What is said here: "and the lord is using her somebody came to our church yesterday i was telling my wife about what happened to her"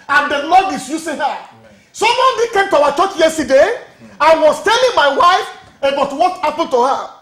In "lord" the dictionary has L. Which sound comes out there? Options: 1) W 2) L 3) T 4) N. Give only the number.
4